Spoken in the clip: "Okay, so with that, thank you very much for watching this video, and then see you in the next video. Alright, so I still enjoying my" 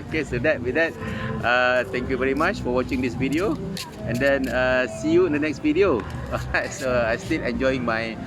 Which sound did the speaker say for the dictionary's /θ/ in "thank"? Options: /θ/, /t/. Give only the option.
/t/